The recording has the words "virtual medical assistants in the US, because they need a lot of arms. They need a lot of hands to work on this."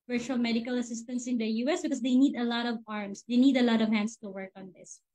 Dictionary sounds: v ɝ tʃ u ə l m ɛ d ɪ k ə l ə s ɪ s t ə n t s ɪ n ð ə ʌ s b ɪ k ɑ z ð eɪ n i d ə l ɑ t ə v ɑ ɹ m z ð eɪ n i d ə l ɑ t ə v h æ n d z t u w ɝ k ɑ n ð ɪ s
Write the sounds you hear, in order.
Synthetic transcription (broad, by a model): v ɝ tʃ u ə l m ɛ d ɪ k ə l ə s ɪ s t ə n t s ɪ n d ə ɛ s b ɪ k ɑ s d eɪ n i d ə l ɑ t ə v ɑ ɹ m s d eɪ n i d ə l ɑ t ə v h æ n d s t u w ɝ k ɑ n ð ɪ s